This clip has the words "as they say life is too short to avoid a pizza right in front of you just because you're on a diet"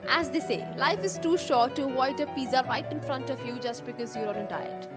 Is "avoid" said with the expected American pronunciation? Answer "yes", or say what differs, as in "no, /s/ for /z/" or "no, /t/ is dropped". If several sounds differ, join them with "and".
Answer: no, /v/ is dropped